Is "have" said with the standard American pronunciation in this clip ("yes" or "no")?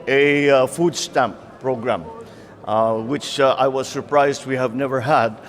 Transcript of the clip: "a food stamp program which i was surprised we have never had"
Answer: yes